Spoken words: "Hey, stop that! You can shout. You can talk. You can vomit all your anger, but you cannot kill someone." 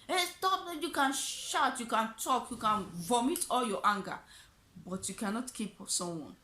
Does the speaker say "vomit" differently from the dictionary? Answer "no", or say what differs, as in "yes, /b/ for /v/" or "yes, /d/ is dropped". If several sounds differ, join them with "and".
no